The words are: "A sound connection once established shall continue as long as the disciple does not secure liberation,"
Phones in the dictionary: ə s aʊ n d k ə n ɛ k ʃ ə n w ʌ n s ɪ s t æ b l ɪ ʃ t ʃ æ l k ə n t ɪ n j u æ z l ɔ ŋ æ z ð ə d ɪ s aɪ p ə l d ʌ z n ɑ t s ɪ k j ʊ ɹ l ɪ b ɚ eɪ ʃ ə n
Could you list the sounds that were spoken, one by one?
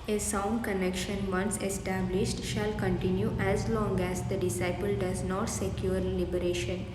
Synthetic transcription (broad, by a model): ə s aʊ n d k ə n ɛ k ʃ ə n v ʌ n s ɪ s t æ b l ɪ ʃ t ʃ æ l k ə n t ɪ n j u æ z l ɔ ŋ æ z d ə d ɪ s aɪ p ə l d ʌ z n ɑ t s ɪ k j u ɹ l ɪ b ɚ eɪ ʃ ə n